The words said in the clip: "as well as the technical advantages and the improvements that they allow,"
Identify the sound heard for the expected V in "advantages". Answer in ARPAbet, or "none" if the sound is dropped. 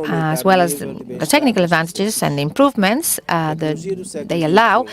V